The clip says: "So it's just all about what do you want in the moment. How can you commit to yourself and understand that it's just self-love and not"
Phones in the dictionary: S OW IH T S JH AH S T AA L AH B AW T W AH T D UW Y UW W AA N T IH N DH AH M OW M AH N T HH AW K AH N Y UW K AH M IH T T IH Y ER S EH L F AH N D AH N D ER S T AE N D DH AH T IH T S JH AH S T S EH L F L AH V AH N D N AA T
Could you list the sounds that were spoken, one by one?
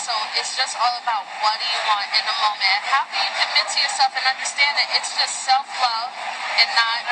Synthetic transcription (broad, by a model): S OW IH T S JH AH S T AA L AH B AW T W AH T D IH Y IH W AA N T IH N DH AH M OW M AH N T HH AW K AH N Y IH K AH M IH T T IH Y ER S EH L F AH N AH N D ER S T AE N D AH T IH T S JH AH S T S EH L F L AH AH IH N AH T